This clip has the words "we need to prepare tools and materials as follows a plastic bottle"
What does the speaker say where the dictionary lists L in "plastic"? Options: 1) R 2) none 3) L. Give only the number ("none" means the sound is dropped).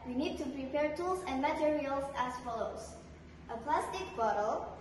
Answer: 3